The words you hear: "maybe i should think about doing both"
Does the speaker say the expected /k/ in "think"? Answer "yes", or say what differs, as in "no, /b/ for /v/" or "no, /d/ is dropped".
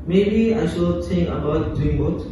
no, /k/ is dropped